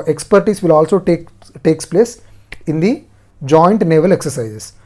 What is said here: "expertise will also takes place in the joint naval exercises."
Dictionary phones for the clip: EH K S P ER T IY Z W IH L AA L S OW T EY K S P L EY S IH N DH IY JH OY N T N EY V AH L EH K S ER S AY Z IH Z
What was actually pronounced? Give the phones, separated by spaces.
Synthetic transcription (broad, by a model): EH K S P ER T IY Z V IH L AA L S OW T EY K S P L EY S IH N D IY JH OY N T N EY V AH L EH K S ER S AY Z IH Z